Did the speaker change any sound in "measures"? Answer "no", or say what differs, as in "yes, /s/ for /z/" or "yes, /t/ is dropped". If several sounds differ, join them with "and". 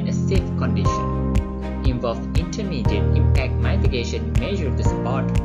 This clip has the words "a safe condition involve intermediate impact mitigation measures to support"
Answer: yes, /z/ is dropped